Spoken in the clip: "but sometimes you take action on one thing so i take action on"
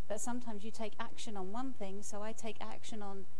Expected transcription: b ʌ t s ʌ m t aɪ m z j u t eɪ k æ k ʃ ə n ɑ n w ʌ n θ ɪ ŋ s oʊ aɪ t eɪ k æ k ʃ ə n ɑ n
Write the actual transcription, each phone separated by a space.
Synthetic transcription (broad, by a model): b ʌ t s ʌ m t aɪ m z j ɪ t eɪ k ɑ k ʃ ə n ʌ n w ʌ n θ ɪ ŋ s oʊ aɪ t eɪ k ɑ k ʃ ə n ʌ n